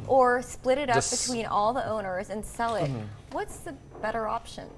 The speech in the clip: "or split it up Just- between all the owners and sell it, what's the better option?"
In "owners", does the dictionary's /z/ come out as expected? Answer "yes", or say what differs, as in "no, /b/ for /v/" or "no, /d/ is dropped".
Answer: yes